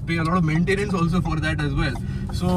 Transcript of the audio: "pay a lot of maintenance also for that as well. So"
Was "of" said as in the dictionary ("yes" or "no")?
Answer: yes